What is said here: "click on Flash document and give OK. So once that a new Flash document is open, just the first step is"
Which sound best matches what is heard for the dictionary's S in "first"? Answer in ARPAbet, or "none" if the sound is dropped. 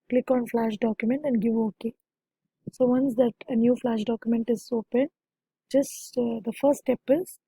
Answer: none